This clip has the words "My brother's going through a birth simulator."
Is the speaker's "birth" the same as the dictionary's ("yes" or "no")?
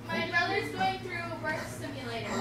no